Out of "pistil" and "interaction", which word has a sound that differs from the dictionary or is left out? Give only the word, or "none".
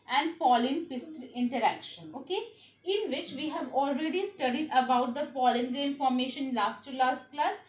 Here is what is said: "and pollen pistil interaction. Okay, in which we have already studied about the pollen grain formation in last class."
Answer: pistil